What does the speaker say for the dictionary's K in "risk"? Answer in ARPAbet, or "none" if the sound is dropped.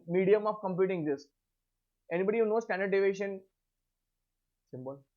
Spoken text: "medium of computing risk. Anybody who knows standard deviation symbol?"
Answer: none